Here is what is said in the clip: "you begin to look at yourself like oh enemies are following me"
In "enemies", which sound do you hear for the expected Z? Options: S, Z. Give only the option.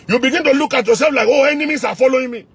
S